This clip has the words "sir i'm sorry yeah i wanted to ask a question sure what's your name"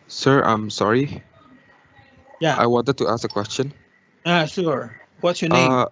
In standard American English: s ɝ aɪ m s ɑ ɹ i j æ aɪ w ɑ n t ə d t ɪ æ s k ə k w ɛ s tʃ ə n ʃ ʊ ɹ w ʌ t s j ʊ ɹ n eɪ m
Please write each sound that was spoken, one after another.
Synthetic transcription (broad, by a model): s ɝ aɪ m s ɑ ɹ i j æ aɪ w ɑ n t ə d t ɪ æ s k ə k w ɛ s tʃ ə n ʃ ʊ ɹ w ʌ t s j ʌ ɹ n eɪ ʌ